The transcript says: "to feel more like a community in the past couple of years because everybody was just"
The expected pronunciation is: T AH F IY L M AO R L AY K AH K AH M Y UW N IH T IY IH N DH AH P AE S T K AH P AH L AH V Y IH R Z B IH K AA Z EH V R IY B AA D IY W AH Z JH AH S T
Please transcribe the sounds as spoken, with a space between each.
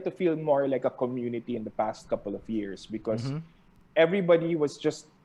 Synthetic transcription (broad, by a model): T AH F IY L M AO R L AY K AH K AH M Y UW N IH T IY IH N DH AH P AE S T K AH P AH L AH V Y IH R S B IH K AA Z EH V R IY B AA D IY W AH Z JH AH S T